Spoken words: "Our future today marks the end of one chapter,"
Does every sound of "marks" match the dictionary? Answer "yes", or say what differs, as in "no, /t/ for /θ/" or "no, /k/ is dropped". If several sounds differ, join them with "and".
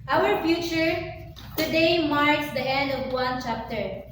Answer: yes